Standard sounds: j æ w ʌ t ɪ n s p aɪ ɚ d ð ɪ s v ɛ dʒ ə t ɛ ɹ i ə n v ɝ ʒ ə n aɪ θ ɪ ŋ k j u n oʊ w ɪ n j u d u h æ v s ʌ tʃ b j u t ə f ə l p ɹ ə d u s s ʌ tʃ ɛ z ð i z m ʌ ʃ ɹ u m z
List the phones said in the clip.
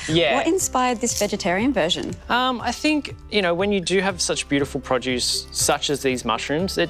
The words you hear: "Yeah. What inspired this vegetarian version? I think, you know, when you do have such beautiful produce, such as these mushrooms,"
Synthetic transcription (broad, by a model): j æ w ʌ t ɪ n s p aɪ ɚ d ð ɪ s v ɛ dʒ ə t ɛ ɹ i ə n v ɝ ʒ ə n aɪ θ ɪ ŋ k j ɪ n oʊ w ɪ n j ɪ d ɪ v s ʌ tʃ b j u t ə f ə l p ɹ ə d u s s ʌ tʃ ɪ z ð i z m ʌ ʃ ɹ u m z